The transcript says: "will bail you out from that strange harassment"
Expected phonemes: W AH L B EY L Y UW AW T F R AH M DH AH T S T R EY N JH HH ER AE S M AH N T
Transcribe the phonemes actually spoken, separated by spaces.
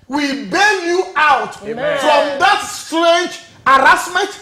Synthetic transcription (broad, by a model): W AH B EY N Y UW AW T F R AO M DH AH T S T R EY N JH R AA S M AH N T